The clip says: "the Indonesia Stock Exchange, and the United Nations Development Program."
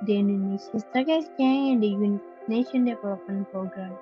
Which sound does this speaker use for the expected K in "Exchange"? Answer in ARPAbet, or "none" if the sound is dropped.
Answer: none